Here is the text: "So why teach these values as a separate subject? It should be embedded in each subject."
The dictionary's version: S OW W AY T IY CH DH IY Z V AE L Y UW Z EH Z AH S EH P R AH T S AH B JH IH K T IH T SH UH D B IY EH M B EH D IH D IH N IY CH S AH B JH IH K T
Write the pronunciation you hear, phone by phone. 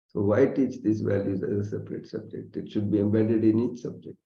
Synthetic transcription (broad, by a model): S OW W AY T IY CH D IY S V AE L Y UW Z EH Z AH S EH P R AH T S AH B JH IH K T IH T SH UH D B IY EH M B EH D IH D IH N IY CH S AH B JH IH K T